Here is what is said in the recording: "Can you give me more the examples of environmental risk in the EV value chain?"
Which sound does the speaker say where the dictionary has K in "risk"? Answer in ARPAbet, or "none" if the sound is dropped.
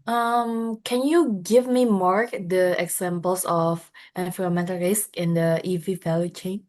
K